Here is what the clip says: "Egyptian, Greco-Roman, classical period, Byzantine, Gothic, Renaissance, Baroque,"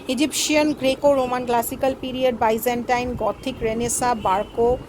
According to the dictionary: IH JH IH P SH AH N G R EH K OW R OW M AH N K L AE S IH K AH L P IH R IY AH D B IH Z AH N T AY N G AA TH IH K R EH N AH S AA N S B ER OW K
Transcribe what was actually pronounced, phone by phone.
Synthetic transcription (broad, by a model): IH JH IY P SH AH N G R EH K OW R OW M AH N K L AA S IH K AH L P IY R IY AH D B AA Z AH N T AY N G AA T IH K R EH N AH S AA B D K OW